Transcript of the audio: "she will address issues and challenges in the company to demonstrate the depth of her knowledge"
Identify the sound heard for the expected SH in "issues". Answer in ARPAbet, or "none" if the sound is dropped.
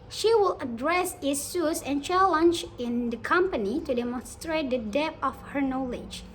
S